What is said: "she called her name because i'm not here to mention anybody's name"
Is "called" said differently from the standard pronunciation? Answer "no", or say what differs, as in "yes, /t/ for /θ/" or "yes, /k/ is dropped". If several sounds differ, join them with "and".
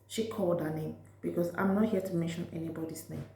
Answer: no